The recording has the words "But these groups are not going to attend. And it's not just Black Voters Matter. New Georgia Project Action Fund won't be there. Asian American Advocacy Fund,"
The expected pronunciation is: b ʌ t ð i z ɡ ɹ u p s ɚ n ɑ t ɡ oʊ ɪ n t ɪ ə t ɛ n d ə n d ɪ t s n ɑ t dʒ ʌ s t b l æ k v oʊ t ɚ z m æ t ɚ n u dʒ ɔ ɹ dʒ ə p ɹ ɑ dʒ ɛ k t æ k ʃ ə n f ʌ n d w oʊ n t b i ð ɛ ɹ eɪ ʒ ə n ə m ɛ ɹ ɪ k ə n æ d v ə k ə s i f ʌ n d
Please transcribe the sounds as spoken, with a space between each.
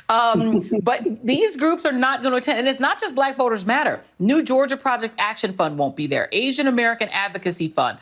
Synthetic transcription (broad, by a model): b ʌ t ð i z ɡ ɹ u p s ɚ n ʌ t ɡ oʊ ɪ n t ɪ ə t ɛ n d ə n ɪ t s n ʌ t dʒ ʌ s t b l æ k v oʊ t ɚ z m æ t ɚ n u dʒ ɔ ɹ dʒ ə p ɹ ɑ dʒ ɛ k t æ k ʃ ə n f ʌ n d w oʊ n b i ð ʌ ɹ eɪ ʒ ə n ə m ɛ ɹ ɪ k ə n æ d v ə k ə s i f ʌ n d